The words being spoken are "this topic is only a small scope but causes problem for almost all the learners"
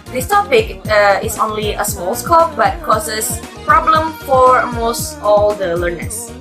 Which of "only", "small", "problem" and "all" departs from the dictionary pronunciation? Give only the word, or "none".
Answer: none